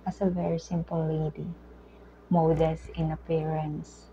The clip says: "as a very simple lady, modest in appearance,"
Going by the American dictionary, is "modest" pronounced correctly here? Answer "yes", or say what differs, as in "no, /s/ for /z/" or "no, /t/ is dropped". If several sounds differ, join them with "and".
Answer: no, /t/ is dropped